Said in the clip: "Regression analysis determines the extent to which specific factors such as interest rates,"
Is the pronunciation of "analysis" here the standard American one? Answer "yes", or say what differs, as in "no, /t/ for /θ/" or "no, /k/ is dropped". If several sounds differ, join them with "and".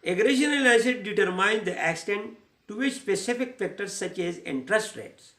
no, /l/ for /n/ and /l/ is dropped